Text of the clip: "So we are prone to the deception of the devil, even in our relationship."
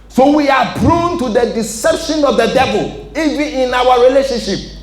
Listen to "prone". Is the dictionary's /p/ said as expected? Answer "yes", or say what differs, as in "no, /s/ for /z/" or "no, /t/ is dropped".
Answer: no, /b/ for /p/